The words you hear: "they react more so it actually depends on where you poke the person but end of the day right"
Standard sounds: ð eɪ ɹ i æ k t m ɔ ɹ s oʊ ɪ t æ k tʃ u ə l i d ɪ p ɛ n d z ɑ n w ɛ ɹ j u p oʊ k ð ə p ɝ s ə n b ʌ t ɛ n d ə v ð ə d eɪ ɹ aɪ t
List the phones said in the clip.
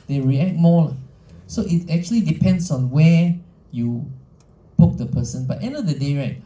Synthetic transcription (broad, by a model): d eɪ ɹ i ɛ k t m ɔ l s oʊ ɪ t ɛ k tʃ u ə l i d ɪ p ɛ n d s ɑ n w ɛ j u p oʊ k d ə p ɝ s ə n b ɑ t ɛ n d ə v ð ə d eɪ ɹ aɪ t